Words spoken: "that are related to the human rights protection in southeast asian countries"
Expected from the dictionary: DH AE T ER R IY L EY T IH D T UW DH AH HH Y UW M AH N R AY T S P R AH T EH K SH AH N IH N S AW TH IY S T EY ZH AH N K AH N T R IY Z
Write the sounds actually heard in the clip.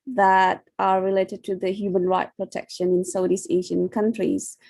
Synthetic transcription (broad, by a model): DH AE T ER R IY L EY T IH D T UW DH AH HH Y UW M AH N R AY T P R AH T EH K SH AH N IH N S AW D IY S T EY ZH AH N K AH N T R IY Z